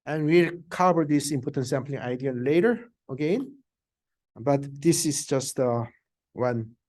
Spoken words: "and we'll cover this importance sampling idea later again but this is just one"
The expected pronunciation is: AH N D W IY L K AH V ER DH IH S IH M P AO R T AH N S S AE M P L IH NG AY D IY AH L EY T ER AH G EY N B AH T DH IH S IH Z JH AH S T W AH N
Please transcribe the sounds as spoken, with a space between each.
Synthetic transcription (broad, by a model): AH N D W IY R K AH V ER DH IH S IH M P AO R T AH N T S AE M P L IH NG AY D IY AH L EY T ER AH G EY N B AH T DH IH S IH S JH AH S T W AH N